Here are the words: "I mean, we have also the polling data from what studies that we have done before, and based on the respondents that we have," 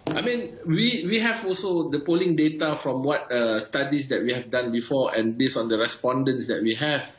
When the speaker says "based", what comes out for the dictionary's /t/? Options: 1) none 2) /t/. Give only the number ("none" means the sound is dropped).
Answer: 1